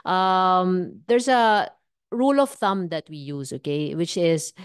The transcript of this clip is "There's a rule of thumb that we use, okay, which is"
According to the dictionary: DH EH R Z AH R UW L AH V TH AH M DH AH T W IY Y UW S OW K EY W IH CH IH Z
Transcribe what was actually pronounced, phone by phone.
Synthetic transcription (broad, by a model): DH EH R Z AH R UW L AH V TH AH M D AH T W IY Y UW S OW K EY W IH CH IH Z